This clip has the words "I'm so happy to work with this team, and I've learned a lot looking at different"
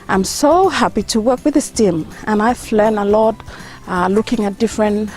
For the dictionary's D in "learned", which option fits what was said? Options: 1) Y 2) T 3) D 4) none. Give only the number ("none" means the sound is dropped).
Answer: 4